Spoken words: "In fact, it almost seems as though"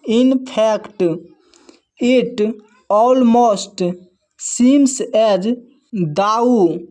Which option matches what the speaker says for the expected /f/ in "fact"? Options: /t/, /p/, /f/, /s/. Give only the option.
/p/